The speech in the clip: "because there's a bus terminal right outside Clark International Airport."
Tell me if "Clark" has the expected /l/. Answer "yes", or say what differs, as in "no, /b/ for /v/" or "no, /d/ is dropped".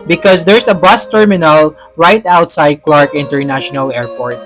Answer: yes